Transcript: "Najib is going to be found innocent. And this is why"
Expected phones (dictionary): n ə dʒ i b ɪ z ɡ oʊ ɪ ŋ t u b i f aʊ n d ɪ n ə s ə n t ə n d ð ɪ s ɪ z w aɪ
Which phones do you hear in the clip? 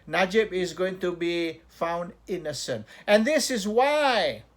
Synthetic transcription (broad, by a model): n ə dʒ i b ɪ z ɡ oʊ ɪ ŋ t u b i f aʊ n d ɪ n ə s ə n t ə n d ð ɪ s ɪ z w aɪ